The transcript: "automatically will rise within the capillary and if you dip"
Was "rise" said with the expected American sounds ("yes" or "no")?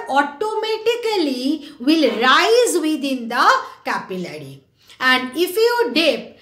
yes